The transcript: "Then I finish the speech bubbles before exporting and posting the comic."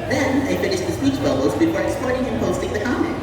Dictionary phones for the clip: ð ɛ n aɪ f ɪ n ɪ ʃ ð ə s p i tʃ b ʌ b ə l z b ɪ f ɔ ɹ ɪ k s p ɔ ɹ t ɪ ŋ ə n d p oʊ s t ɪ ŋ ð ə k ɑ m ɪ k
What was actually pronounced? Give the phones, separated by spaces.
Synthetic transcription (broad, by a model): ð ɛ n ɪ f ɪ n ɪ ʃ ð ə s p i tʃ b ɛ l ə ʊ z b ɪ f ɔ ɹ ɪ s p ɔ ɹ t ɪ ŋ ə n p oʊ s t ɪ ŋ ð ə k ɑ m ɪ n